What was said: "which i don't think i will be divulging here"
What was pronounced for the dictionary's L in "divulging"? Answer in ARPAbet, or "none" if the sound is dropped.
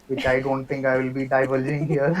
L